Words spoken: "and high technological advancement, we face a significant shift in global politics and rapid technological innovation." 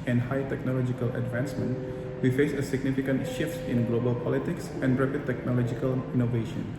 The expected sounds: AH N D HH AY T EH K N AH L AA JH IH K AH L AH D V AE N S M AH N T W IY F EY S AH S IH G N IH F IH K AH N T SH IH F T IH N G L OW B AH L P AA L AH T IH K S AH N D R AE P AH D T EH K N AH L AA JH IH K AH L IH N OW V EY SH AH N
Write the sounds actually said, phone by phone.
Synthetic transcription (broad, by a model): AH N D HH AY T EH K N AH L AA JH IH K AH L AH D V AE N S M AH N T W IY F EY S AH S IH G N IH F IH K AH N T SH IH F T IH N G L OW B AH L P AA L AH T IH K S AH N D R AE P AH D T EH K N AH L AA JH IH K AH L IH N OW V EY SH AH N